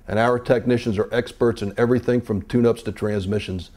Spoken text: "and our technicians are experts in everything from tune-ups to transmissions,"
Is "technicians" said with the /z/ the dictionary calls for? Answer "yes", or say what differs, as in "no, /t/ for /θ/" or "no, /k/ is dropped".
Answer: yes